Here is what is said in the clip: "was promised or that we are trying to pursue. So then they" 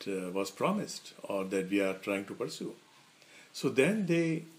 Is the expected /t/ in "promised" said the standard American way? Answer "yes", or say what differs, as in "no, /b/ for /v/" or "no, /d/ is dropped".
yes